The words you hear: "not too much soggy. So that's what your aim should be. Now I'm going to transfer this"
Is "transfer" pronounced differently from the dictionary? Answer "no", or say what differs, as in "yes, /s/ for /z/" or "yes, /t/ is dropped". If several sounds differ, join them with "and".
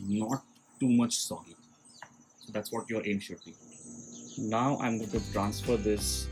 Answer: no